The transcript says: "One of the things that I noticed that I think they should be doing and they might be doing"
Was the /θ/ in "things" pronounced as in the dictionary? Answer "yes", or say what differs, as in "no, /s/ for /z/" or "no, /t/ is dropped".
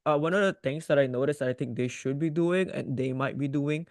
no, /t/ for /θ/